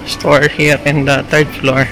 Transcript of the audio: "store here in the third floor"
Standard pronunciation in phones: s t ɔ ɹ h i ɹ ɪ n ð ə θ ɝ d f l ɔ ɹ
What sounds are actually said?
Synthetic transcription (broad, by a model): s t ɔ ɹ h i ɹ ɪ n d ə t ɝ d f l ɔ ɹ